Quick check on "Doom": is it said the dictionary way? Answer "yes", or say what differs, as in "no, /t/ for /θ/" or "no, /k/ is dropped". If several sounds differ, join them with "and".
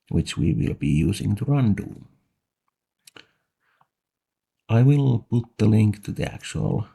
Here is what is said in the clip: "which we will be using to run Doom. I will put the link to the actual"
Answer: no, /m/ is dropped